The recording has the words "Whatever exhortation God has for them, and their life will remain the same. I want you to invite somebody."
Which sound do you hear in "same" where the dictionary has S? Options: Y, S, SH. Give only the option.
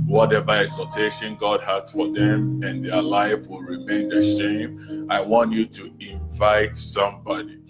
SH